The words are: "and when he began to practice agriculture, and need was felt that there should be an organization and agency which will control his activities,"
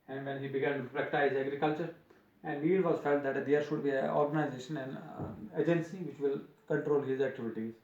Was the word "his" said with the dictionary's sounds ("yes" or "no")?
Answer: yes